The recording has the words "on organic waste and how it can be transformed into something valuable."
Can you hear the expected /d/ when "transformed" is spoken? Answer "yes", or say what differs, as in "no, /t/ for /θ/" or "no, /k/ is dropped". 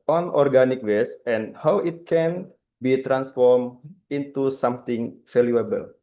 no, /d/ is dropped